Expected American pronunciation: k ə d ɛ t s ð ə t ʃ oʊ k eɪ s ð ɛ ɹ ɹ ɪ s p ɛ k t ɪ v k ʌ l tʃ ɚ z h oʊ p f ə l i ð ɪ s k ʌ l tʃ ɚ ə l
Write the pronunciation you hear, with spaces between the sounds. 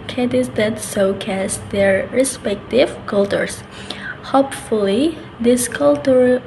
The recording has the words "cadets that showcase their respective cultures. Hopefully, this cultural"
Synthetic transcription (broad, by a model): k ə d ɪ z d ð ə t s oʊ k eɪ s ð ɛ ɹ ɹ ɪ s p ɛ k t ɪ v k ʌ l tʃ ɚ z h oʊ p f ə l i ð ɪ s k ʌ l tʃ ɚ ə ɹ